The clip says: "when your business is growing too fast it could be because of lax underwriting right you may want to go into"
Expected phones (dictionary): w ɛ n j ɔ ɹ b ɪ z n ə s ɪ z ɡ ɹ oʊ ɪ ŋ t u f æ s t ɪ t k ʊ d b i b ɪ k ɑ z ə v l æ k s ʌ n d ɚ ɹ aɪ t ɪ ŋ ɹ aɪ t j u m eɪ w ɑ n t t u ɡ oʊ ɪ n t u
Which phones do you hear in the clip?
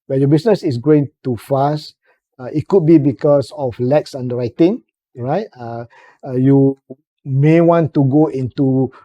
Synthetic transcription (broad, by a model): w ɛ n j ɔ b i s n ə s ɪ s ɡ oʊ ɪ ŋ t u f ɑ s t ɪ t k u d b i b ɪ k ɑ s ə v l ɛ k s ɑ n d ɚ ɹ aɪ t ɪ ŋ ɹ aɪ t j u m eɪ w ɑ n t t u ɡ oʊ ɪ n t u